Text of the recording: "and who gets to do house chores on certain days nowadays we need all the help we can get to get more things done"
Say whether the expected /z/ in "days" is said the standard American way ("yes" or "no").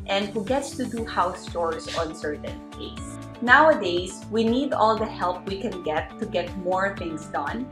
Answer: no